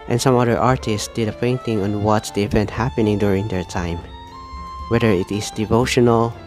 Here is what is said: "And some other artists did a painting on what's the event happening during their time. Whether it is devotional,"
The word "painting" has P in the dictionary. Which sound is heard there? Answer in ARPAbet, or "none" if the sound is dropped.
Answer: F